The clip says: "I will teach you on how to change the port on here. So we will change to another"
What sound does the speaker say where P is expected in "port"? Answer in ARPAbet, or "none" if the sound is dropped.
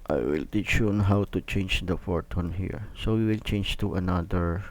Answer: F